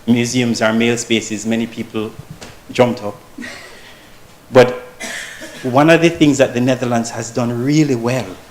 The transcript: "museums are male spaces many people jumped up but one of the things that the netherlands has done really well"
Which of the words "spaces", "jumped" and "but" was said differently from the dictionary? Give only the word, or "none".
none